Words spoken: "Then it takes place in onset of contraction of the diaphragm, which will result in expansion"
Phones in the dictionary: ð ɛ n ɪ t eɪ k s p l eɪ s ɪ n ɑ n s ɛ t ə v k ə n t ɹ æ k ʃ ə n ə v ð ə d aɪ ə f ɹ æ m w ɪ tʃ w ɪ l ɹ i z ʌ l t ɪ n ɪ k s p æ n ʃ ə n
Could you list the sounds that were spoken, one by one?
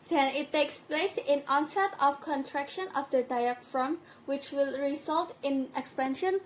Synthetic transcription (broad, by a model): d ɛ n ɪ t eɪ k s p l eɪ s ɪ n ɑ n s ɛ t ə f k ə n t ɹ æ k ʃ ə n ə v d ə d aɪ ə f ɹ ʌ m w ɪ tʃ w ɪ l ɹ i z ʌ l t ɪ n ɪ k s p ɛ n ʃ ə n